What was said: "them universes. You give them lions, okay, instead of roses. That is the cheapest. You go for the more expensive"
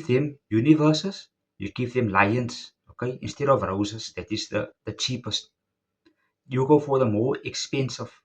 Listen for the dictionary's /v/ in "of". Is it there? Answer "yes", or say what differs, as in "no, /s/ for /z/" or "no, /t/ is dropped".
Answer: yes